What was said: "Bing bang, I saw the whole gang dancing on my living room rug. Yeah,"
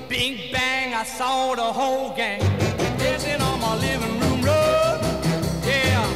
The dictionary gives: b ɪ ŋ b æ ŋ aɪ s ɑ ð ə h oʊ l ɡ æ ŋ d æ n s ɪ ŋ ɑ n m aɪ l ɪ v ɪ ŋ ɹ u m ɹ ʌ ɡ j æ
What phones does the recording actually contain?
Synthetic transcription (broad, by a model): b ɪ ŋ b æ ŋ aɪ s ɑ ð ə h oʊ l ɡ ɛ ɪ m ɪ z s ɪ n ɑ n m aɪ l ɪ v ɪ ŋ ɹ u m ɹ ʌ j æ